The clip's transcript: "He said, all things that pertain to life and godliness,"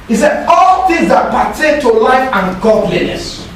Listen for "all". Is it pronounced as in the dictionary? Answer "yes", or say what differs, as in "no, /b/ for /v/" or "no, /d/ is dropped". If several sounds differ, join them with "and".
yes